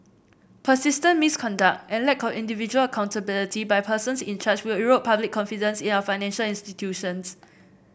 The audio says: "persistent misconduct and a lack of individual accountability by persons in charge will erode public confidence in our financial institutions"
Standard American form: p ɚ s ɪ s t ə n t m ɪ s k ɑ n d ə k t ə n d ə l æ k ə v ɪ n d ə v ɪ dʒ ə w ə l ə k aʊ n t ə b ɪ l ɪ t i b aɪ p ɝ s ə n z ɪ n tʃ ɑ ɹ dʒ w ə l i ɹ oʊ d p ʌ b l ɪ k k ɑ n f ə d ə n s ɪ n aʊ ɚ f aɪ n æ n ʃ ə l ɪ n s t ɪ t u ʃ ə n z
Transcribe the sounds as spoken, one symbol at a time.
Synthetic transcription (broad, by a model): p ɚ s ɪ s t ə n m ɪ s k ɑ n d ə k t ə n l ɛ k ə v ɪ n d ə v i dʒ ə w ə l ə k aʊ n t ə b ɪ l ɪ t i b aɪ p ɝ s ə n s ɪ n tʃ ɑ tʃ w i ɹ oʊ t p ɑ b l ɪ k k ɑ n f ə d ə n s ɪ n aʊ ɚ f aɪ n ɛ n ʃ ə l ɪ n s t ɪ t u ʃ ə n s